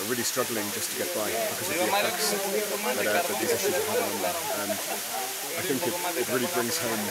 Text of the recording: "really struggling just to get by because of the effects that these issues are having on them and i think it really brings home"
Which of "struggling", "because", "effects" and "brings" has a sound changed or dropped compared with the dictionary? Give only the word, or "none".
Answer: effects